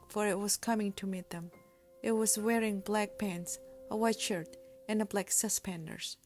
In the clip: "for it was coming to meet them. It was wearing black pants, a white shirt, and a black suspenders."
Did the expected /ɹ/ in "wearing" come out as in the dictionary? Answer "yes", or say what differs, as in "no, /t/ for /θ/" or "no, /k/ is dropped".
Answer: yes